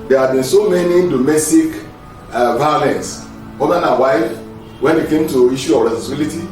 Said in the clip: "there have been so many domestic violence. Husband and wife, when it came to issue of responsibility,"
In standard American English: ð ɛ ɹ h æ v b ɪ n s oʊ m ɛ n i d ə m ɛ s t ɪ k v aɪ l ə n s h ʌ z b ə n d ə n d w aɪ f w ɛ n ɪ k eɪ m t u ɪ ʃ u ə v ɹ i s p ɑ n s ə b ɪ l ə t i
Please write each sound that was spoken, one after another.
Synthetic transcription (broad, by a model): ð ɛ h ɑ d b ɪ n s oʊ m ɛ n i d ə m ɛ s t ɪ k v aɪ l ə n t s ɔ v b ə n ə w aɪ f w ɛ n ɪ k eɪ m t u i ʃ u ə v ɹ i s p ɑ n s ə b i l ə t i